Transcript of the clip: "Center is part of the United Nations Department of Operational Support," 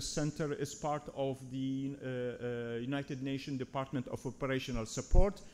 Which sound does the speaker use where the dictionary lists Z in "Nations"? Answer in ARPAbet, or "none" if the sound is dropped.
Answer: none